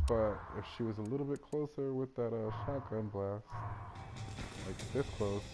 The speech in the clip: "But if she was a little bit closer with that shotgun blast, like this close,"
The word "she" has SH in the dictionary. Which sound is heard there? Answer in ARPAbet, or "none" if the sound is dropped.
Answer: SH